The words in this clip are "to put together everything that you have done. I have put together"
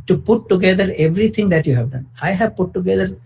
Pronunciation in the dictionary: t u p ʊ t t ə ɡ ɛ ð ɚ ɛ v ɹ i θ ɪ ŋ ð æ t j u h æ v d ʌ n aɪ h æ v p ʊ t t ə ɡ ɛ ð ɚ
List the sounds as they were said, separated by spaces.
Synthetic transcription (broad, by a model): t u p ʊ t t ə ɡ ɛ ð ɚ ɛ v ɹ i t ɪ ŋ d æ t j u h æ v d ʌ n aɪ h æ v p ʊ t t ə ɡ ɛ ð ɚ